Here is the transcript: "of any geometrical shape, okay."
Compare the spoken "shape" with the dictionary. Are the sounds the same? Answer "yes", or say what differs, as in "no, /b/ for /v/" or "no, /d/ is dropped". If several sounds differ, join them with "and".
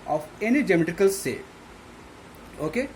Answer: no, /s/ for /ʃ/ and /p/ is dropped